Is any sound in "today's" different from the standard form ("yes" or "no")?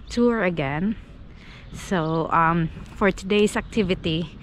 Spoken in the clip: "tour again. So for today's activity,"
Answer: yes